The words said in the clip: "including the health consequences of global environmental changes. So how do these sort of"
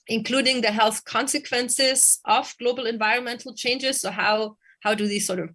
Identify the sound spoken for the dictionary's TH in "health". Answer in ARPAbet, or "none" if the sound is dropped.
TH